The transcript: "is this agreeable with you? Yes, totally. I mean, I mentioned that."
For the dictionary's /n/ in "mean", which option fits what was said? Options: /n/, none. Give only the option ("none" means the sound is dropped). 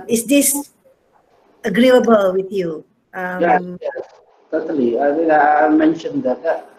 none